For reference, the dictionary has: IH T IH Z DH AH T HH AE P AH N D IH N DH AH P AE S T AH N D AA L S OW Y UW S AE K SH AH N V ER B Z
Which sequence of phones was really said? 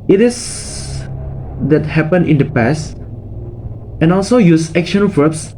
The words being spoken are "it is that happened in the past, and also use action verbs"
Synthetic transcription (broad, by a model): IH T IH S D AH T HH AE P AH N IH N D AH P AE S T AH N AA L S OW Y UW S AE K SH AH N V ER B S